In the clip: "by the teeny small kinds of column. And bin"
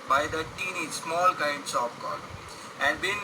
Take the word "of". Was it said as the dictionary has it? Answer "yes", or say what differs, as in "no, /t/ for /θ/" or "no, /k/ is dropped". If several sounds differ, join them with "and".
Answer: no, /p/ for /v/